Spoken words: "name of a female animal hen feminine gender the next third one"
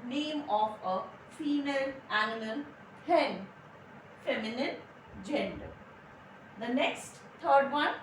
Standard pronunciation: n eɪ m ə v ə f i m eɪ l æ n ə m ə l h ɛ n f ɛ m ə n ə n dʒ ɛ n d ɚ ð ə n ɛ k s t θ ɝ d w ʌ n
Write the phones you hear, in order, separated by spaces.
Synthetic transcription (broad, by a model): n eɪ m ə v ə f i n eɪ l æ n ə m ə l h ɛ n f ɛ m ə n ə n dʒ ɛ n d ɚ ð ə n ɛ k s t t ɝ d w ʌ n